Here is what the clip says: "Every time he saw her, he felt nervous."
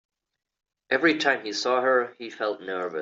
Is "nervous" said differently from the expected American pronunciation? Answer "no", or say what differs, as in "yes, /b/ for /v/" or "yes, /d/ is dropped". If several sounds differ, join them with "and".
yes, /s/ is dropped